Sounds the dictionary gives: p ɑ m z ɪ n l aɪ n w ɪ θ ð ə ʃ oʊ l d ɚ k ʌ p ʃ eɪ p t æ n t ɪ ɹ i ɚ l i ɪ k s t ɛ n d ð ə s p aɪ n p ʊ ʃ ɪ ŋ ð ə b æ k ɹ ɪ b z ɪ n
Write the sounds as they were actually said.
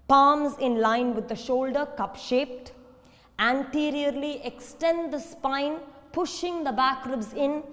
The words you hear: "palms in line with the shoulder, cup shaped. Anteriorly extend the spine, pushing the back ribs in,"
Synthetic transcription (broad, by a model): p ɑ m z ɪ n l aɪ n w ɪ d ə ʃ oʊ l d ɚ k ʌ p ʃ eɪ p t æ n t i ɹ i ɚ l i ɪ k s t ɛ n d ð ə s p aɪ n p ʊ ʃ ɪ ŋ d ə b æ k ɹ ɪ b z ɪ n